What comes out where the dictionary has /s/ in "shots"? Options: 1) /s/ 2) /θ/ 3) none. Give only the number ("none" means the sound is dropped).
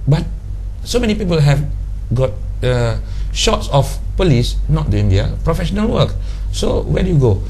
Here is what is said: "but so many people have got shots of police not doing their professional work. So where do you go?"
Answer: 1